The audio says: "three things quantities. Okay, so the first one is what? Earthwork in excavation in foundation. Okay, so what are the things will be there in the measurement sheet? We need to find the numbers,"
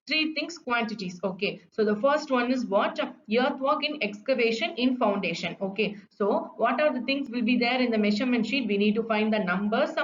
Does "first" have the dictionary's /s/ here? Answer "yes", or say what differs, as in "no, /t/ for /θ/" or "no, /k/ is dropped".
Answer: yes